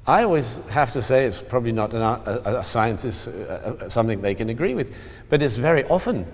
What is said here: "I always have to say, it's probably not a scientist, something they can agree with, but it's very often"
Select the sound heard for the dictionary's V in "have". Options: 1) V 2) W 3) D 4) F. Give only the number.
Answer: 4